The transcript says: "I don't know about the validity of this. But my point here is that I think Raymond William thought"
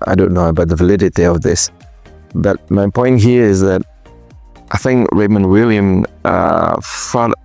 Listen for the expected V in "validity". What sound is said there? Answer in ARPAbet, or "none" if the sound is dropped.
V